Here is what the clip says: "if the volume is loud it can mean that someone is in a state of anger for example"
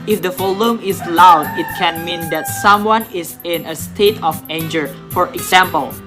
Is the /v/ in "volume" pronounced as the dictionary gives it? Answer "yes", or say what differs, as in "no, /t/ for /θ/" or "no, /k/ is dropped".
no, /f/ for /v/